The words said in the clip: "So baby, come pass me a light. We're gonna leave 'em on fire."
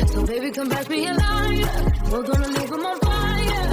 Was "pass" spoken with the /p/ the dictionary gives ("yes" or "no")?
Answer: no